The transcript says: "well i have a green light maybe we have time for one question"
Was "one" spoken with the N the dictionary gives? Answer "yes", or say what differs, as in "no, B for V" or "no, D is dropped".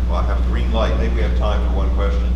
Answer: yes